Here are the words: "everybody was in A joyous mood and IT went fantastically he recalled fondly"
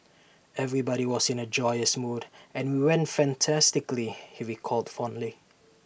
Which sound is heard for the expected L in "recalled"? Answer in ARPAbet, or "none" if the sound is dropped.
L